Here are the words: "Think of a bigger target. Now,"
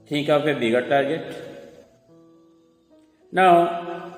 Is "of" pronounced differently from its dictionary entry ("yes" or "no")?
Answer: yes